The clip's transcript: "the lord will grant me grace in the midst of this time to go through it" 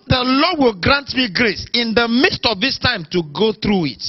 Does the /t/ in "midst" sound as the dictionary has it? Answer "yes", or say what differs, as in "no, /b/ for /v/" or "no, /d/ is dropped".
yes